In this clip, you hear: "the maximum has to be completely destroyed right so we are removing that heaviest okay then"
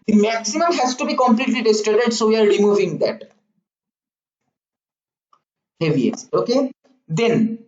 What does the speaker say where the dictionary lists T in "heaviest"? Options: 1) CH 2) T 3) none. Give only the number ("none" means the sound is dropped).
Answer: 3